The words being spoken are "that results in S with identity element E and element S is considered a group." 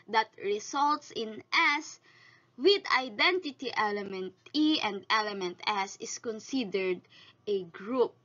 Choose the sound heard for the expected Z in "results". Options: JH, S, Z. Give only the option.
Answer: S